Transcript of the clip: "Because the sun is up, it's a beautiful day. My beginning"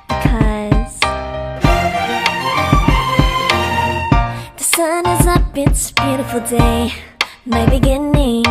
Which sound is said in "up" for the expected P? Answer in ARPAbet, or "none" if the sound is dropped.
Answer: B